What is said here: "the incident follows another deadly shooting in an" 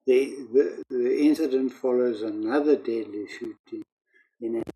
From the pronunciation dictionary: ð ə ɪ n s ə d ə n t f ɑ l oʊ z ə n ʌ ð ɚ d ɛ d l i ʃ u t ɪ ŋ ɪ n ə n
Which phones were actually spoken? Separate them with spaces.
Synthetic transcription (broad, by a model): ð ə ɪ n s ə d ə n t f ɑ l oʊ z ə n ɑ ð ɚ d ɛ d l i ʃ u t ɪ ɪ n n